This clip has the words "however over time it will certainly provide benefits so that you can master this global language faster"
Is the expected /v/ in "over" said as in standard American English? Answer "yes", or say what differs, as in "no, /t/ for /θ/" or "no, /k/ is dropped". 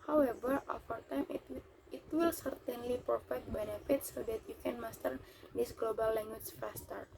no, /f/ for /v/